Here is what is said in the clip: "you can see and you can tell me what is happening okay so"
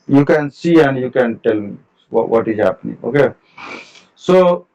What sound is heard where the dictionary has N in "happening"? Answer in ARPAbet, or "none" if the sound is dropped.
N